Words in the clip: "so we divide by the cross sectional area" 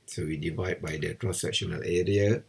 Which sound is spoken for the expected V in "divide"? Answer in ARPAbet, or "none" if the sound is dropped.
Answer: V